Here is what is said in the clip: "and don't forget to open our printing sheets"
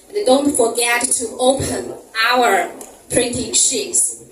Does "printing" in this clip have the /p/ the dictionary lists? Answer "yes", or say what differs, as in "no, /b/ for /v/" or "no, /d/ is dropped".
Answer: yes